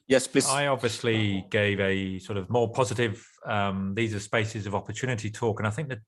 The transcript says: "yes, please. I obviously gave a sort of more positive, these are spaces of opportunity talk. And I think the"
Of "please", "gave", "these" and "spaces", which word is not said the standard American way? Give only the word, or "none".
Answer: please